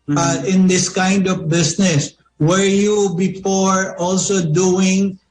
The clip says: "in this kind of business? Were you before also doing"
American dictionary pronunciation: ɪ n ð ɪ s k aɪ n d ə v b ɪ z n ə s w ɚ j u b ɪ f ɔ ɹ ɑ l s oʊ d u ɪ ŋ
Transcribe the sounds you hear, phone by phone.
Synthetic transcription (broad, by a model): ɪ n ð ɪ s k aɪ n d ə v b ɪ s n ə s w ɚ j u b ɪ f ɔ ɹ ɑ l s oʊ d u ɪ ŋ